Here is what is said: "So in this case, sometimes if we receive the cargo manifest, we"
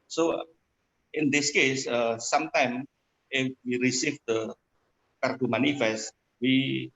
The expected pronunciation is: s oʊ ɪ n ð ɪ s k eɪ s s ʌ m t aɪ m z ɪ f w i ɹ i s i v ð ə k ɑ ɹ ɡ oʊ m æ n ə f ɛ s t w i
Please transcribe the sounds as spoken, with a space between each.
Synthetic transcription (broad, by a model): s oʊ ɪ n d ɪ s k eɪ s s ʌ m t aɪ m ɪ f w i ɹ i s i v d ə k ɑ ɹ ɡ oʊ m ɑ n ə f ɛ s t w i